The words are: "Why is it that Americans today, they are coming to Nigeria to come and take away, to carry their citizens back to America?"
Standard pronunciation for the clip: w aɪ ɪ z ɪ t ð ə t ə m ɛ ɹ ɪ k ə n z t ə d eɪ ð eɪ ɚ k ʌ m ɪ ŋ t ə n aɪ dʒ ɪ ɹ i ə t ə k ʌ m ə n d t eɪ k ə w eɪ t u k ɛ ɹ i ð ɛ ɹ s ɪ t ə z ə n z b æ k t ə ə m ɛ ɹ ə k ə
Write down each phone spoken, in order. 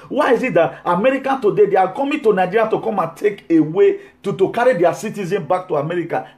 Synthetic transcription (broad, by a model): w aɪ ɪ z ɪ t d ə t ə m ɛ ɹ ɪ k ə n t ə d eɪ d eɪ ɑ k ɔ m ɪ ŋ t ə n aɪ dʒ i ɹ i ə t ə k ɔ m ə n t eɪ k ə w eɪ t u k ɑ ɹ i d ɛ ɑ s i t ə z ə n b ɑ k t ə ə m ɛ ɹ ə k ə